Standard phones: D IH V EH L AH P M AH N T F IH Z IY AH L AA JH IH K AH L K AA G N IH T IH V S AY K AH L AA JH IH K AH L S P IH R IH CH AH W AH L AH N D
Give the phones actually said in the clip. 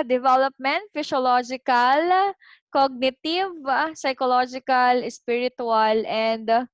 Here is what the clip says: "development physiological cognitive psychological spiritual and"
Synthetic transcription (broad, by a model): D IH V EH L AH P M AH N T F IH S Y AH L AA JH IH K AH L K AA G N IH T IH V S AY K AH L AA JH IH K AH L S P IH R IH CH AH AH L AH N D